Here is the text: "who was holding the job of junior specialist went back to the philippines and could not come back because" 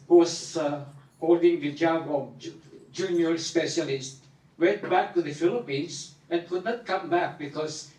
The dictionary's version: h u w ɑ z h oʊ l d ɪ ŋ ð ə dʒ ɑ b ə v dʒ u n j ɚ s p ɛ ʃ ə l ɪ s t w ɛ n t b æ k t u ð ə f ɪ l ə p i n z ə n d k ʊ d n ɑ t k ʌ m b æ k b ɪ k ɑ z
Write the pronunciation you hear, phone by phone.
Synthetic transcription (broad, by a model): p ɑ s h oʊ l d ɪ ŋ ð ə dʒ ɑ b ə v dʒ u n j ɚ s p ɛ ʃ ə l ɪ s t w ɛ n t b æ k t u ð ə f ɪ l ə p i n s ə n k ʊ d n ɑ t k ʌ m b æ k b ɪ k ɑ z